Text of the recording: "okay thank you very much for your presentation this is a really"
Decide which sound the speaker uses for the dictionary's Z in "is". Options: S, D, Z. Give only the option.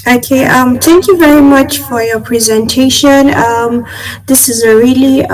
Z